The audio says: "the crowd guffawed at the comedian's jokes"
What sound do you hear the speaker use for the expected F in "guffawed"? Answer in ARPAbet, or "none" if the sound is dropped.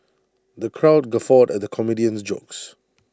F